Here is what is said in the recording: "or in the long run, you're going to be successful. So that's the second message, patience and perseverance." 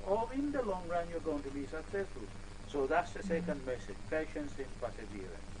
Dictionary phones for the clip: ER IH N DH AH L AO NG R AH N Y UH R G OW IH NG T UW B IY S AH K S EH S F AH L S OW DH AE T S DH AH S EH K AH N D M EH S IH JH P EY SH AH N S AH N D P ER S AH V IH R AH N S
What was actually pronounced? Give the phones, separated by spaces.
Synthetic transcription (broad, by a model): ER IH N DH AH L AO NG R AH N Y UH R G OW IH NG T UW B IY S AH K S EH S F AH L S OW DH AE T S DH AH S EH K AH N D M EH S IH JH P EY SH AH N S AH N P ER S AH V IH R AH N